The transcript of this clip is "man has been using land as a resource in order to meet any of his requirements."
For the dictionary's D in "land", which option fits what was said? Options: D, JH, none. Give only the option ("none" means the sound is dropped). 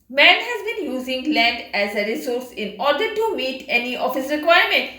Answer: D